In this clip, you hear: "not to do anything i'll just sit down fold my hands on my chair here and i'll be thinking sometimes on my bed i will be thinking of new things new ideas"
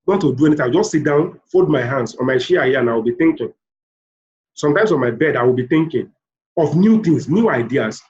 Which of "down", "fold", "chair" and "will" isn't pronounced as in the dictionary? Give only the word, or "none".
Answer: chair